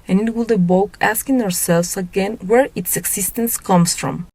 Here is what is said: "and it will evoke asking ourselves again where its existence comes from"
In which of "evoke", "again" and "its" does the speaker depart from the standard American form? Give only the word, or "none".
evoke